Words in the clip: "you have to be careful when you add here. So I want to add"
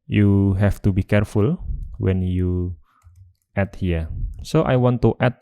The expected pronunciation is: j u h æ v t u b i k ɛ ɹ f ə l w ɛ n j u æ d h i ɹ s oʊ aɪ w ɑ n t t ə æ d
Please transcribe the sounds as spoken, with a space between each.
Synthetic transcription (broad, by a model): j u h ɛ f t u b i k ɛ ɹ f ə l w ɛ n j u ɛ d h i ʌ s oʊ aɪ w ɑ n t t ə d